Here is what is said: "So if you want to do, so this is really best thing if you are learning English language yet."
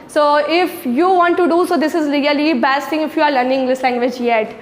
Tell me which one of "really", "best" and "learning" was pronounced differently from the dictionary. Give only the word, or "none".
really